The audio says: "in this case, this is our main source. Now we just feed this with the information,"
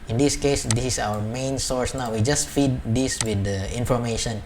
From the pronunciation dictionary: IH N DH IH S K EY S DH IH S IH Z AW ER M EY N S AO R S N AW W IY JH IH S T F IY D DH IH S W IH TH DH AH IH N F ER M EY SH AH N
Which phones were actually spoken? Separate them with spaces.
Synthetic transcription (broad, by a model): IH N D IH S K EY S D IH S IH S AW ER M EY N S AO R S N AW W IY JH IH S T F IY D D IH S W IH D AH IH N F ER M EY SH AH N